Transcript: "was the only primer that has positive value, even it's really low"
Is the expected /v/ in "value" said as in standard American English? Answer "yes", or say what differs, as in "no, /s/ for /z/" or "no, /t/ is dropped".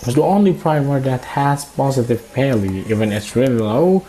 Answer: no, /p/ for /v/